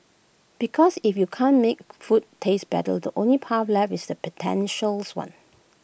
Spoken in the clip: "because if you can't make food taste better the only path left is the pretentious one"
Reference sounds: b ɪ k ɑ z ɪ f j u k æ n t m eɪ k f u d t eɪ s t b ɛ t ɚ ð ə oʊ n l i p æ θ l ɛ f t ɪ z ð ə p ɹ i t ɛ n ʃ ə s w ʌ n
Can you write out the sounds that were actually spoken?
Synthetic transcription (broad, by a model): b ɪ k ɑ s ɪ f j u k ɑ n m eɪ k f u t eɪ s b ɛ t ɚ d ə oʊ n l i p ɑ f l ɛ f ɪ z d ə p i t ɛ n ʃ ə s w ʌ n